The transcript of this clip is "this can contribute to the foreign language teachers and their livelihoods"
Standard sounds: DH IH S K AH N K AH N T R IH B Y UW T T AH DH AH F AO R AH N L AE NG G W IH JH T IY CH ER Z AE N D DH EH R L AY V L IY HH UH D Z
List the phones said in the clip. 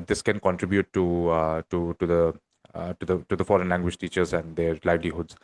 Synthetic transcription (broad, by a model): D IH S K AH N K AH N T R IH B Y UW T T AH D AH F AO R AH N L AE NG G W IH JH T IY CH ER Z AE N D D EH R L AY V L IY HH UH D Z